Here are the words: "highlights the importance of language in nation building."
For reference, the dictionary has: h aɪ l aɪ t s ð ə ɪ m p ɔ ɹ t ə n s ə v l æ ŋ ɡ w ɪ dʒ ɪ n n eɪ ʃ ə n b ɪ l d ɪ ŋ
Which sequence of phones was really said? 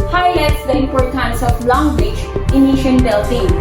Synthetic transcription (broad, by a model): h aɪ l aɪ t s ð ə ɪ p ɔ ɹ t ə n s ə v l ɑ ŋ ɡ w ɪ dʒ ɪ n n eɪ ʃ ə n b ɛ l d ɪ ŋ